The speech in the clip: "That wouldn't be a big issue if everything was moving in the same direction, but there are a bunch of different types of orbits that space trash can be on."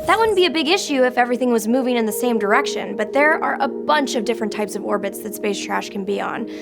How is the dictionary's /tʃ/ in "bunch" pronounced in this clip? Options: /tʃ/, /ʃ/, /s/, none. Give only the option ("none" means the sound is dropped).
/tʃ/